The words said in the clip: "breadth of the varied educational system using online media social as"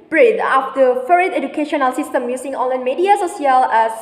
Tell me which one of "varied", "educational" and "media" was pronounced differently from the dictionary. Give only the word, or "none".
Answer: varied